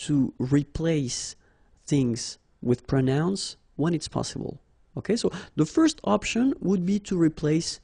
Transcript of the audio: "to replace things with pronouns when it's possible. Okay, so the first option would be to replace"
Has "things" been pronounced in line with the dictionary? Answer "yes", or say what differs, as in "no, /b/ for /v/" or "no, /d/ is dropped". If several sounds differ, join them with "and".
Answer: yes